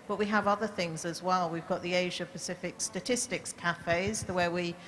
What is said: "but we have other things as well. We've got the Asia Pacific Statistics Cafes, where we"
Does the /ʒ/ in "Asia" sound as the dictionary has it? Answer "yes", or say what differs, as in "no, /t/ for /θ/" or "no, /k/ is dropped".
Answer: yes